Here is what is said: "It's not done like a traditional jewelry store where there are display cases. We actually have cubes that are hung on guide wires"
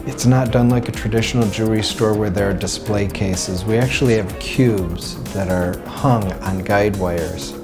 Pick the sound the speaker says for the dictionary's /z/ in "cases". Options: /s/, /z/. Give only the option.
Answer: /z/